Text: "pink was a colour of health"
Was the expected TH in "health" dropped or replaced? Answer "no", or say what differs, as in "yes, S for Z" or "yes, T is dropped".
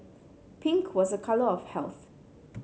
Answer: no